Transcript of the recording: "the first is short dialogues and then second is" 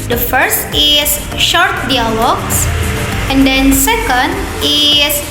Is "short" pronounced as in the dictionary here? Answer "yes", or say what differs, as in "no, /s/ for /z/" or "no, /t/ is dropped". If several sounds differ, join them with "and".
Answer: yes